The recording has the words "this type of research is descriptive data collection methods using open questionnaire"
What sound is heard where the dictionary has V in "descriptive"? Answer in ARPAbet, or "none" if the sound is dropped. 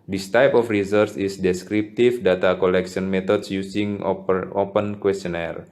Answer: F